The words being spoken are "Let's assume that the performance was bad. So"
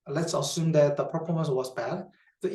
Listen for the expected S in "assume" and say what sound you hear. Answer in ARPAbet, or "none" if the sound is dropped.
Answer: S